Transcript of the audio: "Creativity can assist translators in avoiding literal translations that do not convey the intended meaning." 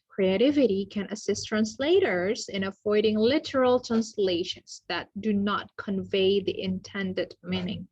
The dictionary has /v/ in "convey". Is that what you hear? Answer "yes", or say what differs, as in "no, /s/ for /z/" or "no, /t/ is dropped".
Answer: yes